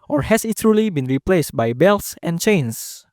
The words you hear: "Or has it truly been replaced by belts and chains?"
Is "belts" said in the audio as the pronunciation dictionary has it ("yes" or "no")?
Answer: yes